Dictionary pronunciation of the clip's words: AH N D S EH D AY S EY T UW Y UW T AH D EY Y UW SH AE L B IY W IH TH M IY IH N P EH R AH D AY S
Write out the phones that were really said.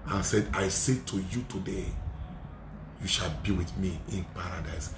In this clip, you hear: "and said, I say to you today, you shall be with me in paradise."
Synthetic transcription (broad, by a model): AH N S EH D AY S EY T UW Y UW T AH D EY Y UW SH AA L B IY W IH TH M IY IH N P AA R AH D AY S